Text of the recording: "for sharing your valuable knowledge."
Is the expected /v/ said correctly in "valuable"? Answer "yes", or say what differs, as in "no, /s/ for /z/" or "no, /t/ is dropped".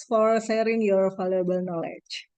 no, /f/ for /v/